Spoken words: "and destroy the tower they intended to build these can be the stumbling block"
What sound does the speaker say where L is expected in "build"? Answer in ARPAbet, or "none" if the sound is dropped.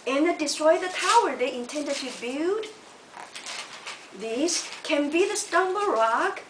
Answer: none